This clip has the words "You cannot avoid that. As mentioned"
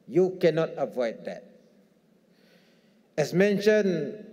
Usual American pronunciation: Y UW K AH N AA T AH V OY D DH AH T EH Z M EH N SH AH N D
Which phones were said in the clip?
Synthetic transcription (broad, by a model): Y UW K AH N AA T AH V OY D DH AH T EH S M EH N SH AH N